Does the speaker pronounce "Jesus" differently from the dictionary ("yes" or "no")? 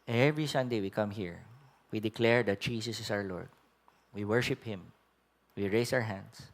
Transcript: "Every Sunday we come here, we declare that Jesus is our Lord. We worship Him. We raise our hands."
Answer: yes